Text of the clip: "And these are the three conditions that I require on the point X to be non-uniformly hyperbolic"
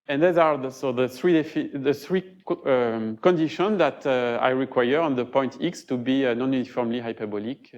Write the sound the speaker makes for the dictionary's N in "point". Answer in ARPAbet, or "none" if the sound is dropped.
N